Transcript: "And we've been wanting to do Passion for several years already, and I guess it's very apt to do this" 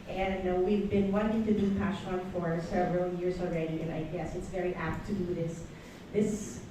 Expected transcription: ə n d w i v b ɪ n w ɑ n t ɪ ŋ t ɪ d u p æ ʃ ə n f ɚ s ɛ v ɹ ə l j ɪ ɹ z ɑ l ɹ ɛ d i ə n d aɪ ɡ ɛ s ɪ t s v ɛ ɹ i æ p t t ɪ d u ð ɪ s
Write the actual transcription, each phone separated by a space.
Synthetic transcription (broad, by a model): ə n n w i v b ɪ n w ɑ n t ɪ ŋ t ɪ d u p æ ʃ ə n f ɚ s ɛ v ɹ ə l j ɪ ɹ z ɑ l ɹ ɛ d i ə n aɪ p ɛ s ɪ t s v ɛ ɹ i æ p t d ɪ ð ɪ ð ɪ s